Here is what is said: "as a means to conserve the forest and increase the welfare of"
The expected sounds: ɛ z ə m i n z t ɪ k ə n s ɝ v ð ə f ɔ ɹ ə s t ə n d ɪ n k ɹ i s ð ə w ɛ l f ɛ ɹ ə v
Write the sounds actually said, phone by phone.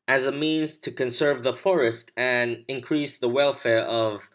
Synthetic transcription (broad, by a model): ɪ z ə m i n z t ɪ k ə n s ɝ v ð ə f ɔ ɹ ə s t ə n ɪ n k ɹ i s ð ə w ɛ l f ɛ ɹ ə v